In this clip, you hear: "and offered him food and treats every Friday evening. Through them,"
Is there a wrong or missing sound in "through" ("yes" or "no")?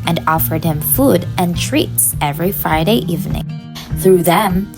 no